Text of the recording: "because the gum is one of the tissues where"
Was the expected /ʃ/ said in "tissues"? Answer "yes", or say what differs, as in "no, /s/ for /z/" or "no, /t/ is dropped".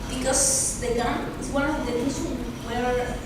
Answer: no, /s/ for /ʃ/